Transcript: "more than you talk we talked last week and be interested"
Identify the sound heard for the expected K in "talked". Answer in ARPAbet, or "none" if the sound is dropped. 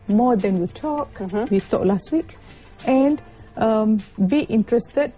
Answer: none